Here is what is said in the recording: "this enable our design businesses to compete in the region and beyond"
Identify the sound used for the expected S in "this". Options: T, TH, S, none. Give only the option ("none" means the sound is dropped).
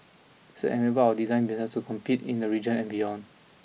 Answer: none